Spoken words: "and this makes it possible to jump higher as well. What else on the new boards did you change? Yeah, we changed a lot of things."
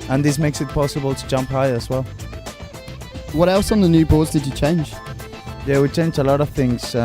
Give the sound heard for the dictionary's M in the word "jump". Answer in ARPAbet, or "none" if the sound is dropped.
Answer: M